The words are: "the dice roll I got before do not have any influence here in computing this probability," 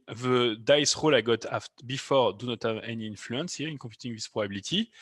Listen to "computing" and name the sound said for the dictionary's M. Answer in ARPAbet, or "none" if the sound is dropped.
none